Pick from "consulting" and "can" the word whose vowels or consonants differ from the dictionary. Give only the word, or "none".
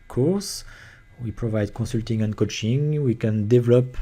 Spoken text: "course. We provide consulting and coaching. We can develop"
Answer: consulting